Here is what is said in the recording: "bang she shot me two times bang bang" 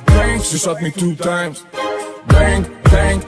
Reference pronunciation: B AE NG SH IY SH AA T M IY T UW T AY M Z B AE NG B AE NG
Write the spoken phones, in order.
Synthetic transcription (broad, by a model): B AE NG S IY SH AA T M IY T UW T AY M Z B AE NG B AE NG